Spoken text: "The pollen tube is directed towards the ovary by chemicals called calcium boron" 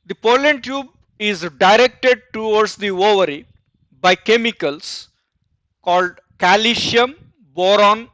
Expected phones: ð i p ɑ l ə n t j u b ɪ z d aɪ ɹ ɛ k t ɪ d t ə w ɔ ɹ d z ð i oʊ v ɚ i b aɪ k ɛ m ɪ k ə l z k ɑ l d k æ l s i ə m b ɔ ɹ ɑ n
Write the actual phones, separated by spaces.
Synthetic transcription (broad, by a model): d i p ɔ l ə n t j u b ɪ z d aɪ ɹ ɛ k t ɪ d t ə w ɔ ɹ d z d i oʊ v ɚ i b aɪ k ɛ m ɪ k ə l s k ɑ l d k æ l ʃ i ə m b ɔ ɹ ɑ n